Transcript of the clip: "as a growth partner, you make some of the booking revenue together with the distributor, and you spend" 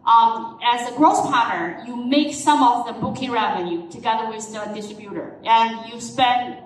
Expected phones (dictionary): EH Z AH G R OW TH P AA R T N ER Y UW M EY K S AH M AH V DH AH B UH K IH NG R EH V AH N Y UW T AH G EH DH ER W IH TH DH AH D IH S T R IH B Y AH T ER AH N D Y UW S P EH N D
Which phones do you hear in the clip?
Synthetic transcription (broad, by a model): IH Z AH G R OW S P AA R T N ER Y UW M EY K S AH M AH V DH AH B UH K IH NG R EH V AH N Y UW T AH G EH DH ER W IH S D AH D IH S T R IH B Y AH T ER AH N Y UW S P EH N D